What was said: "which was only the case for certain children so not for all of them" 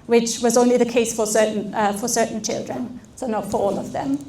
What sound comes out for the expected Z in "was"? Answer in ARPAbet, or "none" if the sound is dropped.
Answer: Z